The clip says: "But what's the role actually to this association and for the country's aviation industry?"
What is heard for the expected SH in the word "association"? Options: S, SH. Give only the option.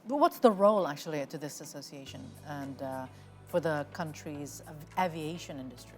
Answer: SH